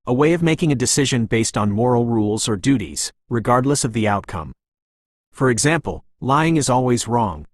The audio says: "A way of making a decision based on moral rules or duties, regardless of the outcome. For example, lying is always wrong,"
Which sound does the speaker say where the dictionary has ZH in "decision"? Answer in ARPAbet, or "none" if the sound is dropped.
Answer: ZH